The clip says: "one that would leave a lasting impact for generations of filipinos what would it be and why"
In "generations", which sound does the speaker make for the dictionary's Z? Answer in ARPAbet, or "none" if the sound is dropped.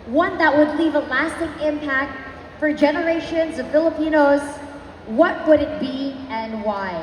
Z